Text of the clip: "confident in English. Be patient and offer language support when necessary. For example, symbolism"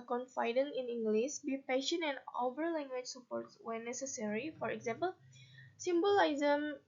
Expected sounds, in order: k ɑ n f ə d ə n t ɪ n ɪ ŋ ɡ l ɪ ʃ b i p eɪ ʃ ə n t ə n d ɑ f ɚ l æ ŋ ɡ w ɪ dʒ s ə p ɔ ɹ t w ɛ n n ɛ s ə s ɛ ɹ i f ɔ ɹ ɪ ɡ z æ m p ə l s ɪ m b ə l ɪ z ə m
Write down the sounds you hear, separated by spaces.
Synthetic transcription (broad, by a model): k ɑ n f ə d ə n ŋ ɪ n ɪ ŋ ɡ l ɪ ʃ b i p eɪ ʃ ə n ə n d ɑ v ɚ l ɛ ŋ ɡ w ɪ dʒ s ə p ɔ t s w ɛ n n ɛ s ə s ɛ ɹ i f ɔ ɹ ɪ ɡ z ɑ m p ə l s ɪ m b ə l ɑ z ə m